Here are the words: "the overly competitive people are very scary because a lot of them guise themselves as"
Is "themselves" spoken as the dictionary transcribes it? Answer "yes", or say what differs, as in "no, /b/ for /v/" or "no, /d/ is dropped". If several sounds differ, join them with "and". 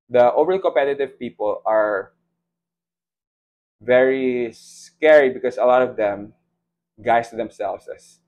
no, /s/ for /z/